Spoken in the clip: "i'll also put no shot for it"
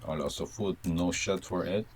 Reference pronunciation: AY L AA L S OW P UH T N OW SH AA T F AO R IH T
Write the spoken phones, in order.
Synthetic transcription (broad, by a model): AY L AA S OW F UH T N OW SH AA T F AO R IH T